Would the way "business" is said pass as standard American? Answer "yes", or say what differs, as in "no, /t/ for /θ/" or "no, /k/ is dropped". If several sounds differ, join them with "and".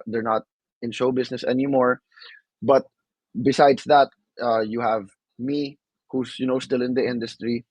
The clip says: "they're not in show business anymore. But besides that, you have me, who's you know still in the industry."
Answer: no, /s/ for /z/